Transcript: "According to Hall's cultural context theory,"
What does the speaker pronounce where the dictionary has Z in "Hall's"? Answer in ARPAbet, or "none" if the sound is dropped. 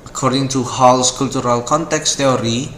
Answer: S